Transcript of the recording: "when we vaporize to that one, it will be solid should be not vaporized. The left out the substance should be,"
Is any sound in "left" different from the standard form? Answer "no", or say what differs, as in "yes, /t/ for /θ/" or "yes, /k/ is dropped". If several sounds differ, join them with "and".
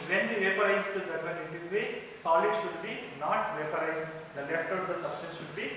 no